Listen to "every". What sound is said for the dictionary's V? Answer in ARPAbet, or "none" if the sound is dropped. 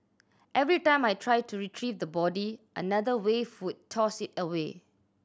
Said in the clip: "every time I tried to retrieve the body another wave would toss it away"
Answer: V